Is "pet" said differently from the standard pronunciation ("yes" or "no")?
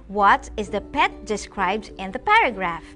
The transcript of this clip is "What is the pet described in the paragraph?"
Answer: no